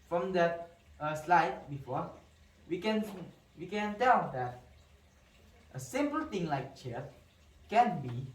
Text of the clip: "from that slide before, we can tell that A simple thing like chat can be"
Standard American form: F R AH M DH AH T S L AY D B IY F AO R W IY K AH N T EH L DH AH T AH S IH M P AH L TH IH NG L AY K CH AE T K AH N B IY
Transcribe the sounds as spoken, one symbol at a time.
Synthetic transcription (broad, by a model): F R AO M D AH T S L AY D B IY F AO W W IY K AH N T EH L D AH T AH S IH M P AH L T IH NG L AY K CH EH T K AH N B IY